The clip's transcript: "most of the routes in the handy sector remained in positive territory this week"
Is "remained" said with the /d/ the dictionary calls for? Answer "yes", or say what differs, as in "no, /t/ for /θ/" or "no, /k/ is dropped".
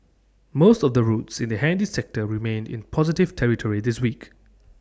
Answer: yes